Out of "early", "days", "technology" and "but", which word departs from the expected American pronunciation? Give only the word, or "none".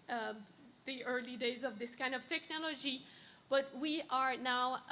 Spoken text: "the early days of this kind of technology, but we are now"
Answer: none